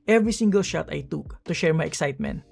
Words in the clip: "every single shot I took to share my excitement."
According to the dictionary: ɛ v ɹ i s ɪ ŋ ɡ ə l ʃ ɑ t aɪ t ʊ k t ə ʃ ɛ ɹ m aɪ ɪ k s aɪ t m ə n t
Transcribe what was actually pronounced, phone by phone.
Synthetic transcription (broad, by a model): ɛ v ɹ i s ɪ ŋ ɡ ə l ʃ ɑ t aɪ t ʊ k t ə ʃ ɛ ɹ m aɪ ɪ k s aɪ t m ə n t